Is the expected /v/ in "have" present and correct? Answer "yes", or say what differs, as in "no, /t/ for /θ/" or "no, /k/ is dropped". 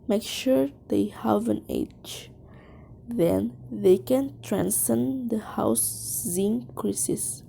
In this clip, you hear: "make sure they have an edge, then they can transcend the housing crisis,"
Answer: yes